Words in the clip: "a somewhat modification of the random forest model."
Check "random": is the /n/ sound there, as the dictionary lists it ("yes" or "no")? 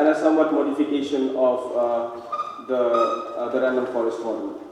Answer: no